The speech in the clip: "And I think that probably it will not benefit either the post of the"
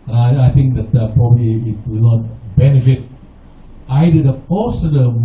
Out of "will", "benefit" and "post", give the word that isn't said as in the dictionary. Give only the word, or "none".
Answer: post